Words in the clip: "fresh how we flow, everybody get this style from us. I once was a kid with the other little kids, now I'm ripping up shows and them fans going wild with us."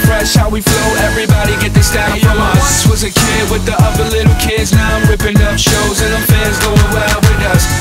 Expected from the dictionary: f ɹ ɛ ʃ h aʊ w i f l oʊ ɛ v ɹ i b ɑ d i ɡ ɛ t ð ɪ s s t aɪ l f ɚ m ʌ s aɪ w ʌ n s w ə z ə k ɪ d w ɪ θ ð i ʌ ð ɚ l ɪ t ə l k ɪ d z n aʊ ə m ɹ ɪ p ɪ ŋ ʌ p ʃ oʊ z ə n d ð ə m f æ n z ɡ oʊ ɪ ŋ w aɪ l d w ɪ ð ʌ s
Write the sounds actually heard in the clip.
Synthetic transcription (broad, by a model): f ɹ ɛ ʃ h aʊ w i f l oʊ ɛ v ɹ i b ɑ d i ɡ ɛ t ð ɪ s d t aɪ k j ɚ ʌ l aɪ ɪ s w ə z ə k ɪ d w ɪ ð i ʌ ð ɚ l ɪ t l k ɪ d z n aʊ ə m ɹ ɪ p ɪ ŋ ʌ p ʃ oʊ z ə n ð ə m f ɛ z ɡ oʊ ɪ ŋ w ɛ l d w ɪ ð ʌ s